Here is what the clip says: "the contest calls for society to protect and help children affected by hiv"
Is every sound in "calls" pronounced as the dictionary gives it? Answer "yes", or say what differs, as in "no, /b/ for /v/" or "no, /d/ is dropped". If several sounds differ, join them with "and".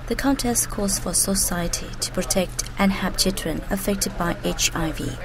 no, /l/ is dropped